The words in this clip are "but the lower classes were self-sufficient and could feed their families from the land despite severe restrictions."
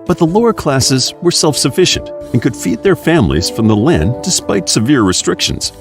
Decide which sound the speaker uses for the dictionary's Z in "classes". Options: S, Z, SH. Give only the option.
Z